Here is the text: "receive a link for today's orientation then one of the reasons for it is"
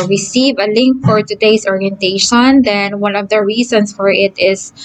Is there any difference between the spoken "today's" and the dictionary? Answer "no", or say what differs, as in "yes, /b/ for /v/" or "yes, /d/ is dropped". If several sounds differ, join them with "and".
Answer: yes, /s/ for /z/